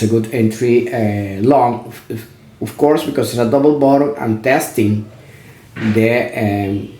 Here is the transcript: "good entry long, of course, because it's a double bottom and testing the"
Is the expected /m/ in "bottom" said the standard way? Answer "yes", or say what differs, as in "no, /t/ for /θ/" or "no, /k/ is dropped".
no, /m/ is dropped